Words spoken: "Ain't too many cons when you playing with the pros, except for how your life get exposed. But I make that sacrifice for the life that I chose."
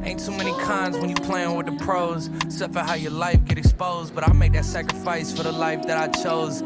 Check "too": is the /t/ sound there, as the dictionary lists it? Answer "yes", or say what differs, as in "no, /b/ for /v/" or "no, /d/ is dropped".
no, /s/ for /t/